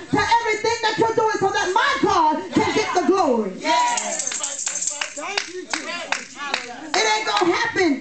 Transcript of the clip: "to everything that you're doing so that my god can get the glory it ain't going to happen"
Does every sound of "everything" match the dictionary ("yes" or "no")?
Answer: yes